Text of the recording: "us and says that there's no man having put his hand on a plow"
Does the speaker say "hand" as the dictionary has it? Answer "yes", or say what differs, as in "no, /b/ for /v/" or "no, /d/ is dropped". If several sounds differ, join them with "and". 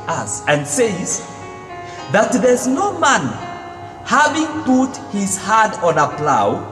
no, /n/ is dropped